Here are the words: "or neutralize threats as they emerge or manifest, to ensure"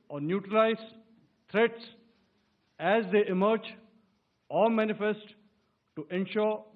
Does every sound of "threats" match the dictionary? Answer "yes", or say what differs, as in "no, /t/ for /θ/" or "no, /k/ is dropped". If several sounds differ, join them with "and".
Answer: no, /t/ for /θ/